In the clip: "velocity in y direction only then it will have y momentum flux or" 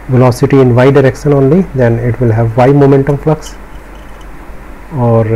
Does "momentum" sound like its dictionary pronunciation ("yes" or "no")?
yes